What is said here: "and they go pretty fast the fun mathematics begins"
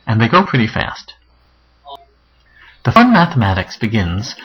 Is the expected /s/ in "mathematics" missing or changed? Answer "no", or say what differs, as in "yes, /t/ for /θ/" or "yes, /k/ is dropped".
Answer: no